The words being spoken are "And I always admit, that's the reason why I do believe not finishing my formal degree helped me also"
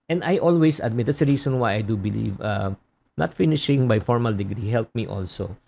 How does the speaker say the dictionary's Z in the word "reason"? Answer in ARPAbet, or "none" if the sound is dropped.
S